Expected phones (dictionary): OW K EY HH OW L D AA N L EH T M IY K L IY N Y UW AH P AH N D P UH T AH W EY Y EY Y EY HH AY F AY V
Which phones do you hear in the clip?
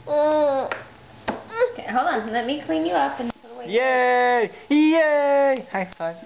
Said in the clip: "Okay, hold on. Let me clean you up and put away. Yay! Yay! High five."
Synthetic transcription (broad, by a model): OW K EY HH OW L AA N L EH T M IY K L IY N Y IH AH P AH N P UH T AH W EY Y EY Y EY HH AY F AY